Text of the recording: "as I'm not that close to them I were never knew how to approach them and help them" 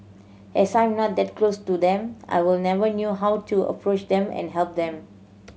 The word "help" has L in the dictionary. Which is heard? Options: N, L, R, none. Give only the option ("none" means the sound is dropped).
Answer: L